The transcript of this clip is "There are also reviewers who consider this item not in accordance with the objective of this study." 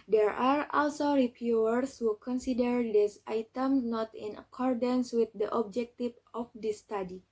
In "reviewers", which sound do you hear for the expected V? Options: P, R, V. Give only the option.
P